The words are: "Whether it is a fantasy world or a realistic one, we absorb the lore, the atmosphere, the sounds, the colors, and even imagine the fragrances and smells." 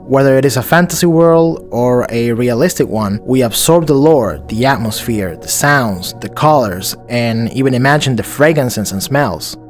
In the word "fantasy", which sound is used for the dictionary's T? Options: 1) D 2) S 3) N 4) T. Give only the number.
4